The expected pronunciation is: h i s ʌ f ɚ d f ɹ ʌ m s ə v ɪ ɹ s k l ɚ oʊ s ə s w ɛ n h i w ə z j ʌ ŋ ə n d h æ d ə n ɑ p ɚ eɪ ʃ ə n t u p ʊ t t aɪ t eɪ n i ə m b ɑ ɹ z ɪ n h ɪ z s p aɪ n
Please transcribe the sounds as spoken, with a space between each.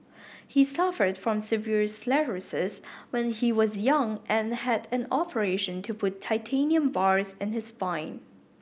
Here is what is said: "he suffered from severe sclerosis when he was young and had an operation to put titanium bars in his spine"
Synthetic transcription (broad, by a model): h i s ʌ f ɚ d f ɹ ʌ m s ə v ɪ ɹ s l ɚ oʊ s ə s w ɛ n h i w ə z j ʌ ŋ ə n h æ d ə n ɑ p ɚ eɪ ʃ ə n t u p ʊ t t aɪ t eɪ n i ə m b ɑ ɹ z ɪ n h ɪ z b aɪ n